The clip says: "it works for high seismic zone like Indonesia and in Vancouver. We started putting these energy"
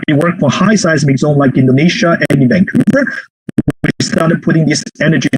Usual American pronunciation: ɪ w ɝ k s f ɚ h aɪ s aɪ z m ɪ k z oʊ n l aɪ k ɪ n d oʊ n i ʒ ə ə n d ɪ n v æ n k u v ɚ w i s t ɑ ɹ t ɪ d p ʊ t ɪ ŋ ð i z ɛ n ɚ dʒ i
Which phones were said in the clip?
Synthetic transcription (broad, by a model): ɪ w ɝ k f ɚ h aɪ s aɪ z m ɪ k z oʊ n l aɪ k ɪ n d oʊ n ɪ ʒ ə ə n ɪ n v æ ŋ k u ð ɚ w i s t ɑ ɹ t ɪ d p ʊ t ɪ ŋ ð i s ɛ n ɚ dʒ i